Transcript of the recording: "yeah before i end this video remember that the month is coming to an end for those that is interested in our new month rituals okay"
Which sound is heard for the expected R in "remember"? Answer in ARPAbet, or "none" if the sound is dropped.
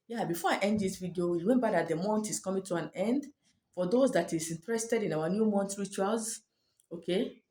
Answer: W